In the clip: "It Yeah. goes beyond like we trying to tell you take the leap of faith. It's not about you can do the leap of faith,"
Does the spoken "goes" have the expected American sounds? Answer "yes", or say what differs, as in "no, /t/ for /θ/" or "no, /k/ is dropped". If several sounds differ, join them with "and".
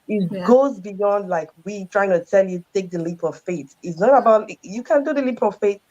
yes